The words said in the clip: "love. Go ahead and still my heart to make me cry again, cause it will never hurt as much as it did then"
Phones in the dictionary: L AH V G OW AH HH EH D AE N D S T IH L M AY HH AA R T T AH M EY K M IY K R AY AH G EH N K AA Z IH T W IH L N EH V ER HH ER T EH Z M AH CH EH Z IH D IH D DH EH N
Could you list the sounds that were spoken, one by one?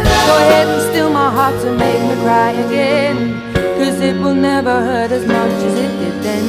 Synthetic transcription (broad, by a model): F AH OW AH HH EH D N S T IH L M AY HH AA R T S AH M EY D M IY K R AY AH G EH N K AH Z IH T W IH L N EH V ER HH ER T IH Z M AH CH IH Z IH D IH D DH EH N